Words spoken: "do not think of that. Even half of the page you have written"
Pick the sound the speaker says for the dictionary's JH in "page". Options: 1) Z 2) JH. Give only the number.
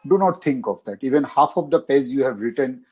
1